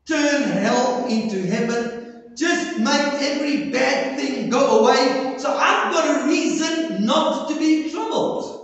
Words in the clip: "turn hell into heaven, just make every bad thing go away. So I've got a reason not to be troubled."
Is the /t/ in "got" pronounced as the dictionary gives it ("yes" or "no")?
yes